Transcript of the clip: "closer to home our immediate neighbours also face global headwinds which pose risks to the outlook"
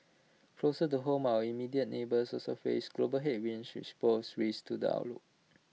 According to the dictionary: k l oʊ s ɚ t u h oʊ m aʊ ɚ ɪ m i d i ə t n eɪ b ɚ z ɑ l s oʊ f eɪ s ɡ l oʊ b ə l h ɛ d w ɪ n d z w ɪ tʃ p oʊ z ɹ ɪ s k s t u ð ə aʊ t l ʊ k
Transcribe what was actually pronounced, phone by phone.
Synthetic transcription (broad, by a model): k l oʊ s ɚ t u h oʊ m aʊ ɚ ɪ m i d i ə t n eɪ b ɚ s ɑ s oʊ f eɪ s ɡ l oʊ b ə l h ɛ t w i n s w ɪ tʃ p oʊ s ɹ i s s t u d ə aʊ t l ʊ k